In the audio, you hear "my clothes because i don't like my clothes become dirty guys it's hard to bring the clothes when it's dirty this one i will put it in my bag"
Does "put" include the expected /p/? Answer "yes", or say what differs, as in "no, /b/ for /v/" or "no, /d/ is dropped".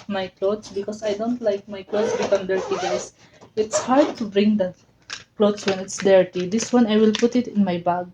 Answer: yes